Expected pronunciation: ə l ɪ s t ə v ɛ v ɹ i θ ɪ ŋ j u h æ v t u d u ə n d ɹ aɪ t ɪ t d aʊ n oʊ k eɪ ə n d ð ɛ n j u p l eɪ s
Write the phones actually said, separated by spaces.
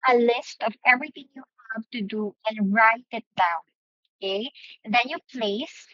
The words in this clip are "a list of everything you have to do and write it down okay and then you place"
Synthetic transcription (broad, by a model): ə l ɪ s t ə v ɛ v ɹ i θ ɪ ŋ j u h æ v t u d u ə n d ɹ aɪ t ɪ t d aʊ n oʊ k eɪ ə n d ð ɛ n j u p l eɪ s